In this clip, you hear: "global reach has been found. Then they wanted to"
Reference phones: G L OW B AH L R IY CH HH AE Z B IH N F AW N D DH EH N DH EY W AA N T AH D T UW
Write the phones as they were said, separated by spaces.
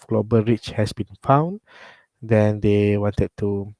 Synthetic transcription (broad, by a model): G L OW B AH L R IY CH HH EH S B IH N F AW N D EH N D EY W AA N T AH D T UW